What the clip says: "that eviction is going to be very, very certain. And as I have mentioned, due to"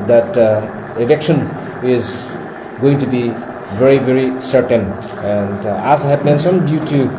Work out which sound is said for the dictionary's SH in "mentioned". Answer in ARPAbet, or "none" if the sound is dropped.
S